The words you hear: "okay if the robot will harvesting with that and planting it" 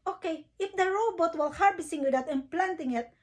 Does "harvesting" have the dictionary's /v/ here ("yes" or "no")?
no